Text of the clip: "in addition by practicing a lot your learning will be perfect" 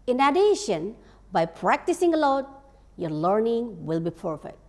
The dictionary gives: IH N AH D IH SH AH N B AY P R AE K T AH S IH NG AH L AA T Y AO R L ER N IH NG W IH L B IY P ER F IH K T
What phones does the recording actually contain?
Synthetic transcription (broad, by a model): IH N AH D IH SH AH N B AY P R AE K T AH S IH NG AH L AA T Y AO R L ER N IH NG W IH L B IY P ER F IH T